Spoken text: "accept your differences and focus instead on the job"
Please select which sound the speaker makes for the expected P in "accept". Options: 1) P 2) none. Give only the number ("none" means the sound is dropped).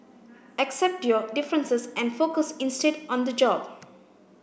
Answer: 1